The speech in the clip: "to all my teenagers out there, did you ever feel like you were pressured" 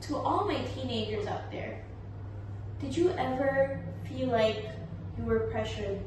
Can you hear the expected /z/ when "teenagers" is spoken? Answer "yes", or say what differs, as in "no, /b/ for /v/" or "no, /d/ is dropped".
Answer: yes